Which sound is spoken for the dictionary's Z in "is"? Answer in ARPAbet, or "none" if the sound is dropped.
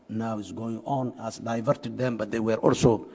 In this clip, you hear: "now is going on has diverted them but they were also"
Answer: S